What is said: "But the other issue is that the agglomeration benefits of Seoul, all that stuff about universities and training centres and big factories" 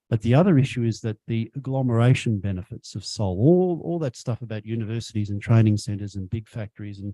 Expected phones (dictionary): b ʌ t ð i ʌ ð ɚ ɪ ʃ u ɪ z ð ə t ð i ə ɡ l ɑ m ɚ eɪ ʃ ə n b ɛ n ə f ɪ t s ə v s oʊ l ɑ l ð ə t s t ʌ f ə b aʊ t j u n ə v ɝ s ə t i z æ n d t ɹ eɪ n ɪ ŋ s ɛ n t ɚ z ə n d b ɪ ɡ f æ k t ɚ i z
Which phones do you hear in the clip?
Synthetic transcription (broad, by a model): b ʌ t ð i ʌ ð ɚ ɪ ʃ u ɪ z ð ə t ð i ə ɡ l ɑ m ɚ eɪ ʃ ə n b ɛ n ə f ɪ t s ə v s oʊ l ɑ l ð ə t s t ʌ f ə b aʊ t j u n ə v ɝ s ə t i z n t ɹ eɪ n ɪ ŋ s ɛ n t ɚ z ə n b ɪ ɡ f æ k t ɚ i z